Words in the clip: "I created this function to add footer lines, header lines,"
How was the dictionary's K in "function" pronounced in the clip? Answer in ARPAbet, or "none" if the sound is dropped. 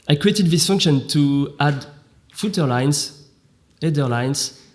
K